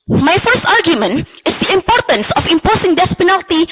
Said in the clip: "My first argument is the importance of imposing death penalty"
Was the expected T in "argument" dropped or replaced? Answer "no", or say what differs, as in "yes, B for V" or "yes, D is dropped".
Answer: no